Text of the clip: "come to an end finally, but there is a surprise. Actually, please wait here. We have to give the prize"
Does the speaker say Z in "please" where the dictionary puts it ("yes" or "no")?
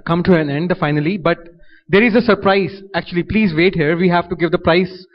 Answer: yes